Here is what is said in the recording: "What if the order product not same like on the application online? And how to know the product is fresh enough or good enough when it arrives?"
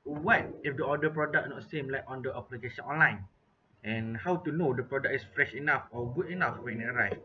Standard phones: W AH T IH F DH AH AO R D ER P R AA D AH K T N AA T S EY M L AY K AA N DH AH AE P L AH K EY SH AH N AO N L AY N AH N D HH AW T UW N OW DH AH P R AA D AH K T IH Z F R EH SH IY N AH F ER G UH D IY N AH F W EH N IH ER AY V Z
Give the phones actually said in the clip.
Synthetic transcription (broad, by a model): W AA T IH F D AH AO D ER P R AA D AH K N AA T S EY M L AY K AA N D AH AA P L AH K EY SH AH N AO N L AY N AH N HH AW T UW N OW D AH P R AA D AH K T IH S F R EH SH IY N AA F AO G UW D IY N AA F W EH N IH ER AY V